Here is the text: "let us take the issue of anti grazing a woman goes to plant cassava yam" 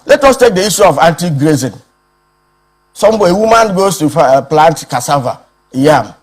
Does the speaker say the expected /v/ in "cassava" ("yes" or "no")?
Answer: yes